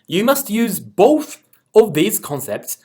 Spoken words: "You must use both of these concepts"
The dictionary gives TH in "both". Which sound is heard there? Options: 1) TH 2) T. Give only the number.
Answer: 1